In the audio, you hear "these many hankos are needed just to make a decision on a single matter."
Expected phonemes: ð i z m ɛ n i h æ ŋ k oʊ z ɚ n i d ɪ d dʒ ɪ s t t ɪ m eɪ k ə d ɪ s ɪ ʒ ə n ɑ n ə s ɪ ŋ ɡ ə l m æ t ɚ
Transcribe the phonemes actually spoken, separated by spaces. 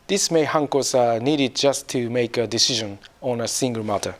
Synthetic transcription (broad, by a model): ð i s m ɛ i h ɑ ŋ k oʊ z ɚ n i d ɪ d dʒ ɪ s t t ɪ m eɪ k ə d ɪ s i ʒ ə n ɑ n ə s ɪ ŋ ɡ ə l m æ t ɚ